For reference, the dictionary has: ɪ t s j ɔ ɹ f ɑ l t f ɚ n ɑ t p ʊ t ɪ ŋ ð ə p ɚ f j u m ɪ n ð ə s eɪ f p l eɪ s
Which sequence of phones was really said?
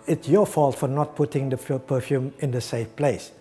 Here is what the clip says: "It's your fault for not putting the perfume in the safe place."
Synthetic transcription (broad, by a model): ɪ t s j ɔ f ɑ l t f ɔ n ɑ t p ʊ t ɪ ŋ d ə p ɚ f j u m ɪ n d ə s eɪ f p l eɪ s